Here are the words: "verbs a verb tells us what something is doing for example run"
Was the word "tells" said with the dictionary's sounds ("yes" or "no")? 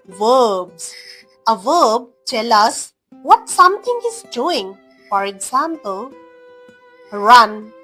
no